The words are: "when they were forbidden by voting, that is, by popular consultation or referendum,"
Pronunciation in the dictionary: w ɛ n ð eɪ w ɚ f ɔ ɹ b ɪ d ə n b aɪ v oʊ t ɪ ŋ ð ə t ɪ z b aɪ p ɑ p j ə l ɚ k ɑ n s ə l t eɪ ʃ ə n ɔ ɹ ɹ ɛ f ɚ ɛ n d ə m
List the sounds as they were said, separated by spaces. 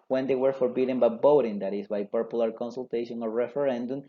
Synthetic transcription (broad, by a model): w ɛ n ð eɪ w ɚ f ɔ ɹ b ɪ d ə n b aɪ b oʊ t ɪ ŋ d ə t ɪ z b aɪ p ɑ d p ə l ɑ k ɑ n s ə l t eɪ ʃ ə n ɔ ɹ ɹ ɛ f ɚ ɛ n d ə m